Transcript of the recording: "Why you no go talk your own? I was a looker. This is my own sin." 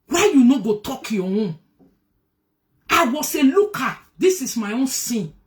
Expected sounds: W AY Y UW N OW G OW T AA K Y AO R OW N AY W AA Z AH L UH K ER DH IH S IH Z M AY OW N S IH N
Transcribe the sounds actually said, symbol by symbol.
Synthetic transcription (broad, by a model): W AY Y UW N OW G OW T AA K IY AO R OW AY W AA S AH L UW K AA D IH S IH S M AY OW N S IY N